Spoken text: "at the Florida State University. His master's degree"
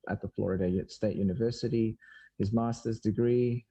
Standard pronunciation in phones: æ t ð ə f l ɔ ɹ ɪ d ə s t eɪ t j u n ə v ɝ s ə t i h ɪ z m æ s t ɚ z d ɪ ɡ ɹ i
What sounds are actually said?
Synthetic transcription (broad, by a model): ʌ t ð ə f l ɔ ɹ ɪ d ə s t eɪ t j u n ə v ɝ s ə t i h ɪ z m æ s t ɚ z d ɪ ɡ ɹ i